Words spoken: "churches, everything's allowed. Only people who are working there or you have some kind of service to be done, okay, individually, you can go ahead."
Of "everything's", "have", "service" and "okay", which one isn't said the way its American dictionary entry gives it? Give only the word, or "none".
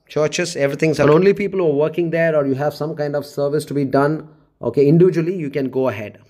everything's